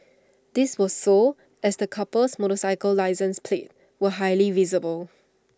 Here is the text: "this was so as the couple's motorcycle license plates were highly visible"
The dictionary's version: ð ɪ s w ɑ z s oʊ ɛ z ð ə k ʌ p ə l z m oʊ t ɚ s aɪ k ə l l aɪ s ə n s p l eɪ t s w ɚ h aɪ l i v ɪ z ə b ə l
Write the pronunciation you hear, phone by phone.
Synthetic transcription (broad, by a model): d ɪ s w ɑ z s oʊ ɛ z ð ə k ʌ p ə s m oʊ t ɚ s aɪ k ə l l aɪ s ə n s p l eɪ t w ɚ h aɪ l i v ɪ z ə b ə l